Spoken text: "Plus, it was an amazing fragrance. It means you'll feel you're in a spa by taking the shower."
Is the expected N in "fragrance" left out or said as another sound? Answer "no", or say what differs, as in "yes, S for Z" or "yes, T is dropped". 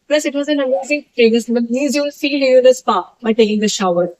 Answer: yes, N is dropped